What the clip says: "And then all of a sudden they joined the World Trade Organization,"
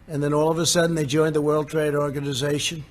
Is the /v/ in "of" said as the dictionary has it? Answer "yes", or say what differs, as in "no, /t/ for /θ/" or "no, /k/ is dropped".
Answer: yes